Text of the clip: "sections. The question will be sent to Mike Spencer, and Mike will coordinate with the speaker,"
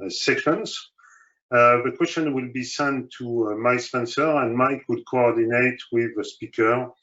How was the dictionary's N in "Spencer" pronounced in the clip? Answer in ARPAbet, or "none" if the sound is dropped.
N